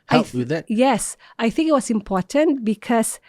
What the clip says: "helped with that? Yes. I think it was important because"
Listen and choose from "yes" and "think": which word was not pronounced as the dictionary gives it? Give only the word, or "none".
none